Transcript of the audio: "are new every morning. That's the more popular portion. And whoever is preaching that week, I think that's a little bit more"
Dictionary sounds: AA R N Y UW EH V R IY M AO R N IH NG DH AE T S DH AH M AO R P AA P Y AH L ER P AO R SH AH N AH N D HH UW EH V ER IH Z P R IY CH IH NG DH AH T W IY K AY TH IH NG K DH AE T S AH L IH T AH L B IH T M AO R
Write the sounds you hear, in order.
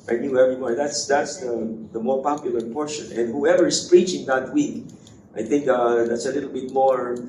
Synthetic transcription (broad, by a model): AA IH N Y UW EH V IY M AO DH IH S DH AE T S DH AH M AO R P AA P Y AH L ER P AO R SH AH N AH N D HH UW EH V ER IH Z P R IY CH IH NG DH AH T W IY K AY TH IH NG K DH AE T S AH L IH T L B IH T M AO R